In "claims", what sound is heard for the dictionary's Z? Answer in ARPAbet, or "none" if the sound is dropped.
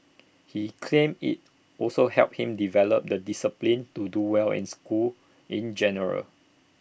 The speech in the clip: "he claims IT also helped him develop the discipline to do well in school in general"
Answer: none